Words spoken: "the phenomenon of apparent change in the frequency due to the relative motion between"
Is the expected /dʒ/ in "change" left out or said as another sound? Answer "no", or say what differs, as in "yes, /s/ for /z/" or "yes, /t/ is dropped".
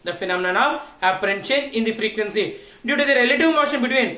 yes, /dʒ/ is dropped